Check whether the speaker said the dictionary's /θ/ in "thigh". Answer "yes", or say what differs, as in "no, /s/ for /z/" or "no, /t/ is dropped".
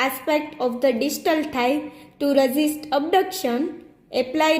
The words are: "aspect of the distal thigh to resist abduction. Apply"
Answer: no, /t/ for /θ/